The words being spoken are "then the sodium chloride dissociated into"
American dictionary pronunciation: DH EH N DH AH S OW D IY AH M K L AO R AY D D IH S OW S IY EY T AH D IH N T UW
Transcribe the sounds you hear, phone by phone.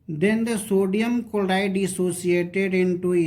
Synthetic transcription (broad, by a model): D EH N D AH S OW D IY AH M K AO L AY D D IH S OW S IY EY T AH D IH N T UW